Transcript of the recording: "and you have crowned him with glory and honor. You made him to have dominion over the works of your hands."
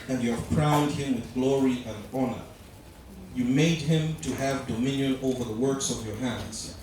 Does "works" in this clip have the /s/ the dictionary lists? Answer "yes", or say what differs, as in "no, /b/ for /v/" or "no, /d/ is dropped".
yes